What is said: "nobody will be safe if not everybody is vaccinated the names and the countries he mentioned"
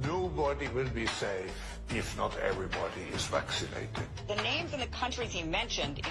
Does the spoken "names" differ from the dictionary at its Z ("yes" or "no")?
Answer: no